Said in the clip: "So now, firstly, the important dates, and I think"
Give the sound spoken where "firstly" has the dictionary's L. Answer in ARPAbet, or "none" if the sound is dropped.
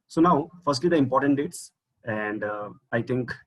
L